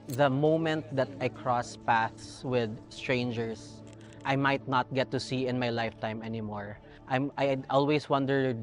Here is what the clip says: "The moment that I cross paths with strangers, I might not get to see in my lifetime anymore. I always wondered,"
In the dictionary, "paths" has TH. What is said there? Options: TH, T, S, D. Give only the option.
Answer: TH